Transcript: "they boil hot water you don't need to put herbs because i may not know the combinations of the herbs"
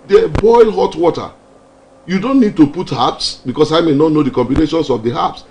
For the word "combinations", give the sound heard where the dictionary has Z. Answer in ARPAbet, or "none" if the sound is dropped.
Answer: S